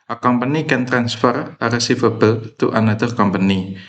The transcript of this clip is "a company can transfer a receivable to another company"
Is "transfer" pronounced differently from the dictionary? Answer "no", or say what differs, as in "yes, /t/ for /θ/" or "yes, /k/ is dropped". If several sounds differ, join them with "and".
no